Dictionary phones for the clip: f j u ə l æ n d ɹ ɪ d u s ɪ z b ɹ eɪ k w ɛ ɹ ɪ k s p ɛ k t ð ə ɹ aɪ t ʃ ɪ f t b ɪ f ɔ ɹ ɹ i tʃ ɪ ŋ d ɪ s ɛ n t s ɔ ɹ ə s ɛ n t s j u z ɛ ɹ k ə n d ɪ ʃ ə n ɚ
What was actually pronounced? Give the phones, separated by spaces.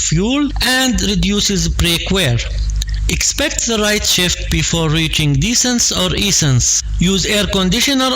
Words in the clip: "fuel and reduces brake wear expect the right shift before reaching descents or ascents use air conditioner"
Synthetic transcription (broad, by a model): f j u l æ n d ɹ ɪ d u s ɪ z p ɹ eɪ k w ɛ ɹ ɪ k s p ɛ k t ð ə ɹ aɪ t ʃ ɪ f t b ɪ f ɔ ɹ ɹ i tʃ ɪ ŋ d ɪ s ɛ n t s ɔ ɹ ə s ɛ n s j u z ɛ ɹ k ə n d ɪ ʃ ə n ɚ